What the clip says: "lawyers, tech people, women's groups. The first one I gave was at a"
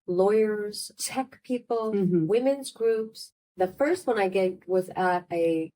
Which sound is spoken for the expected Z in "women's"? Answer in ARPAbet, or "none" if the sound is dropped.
Z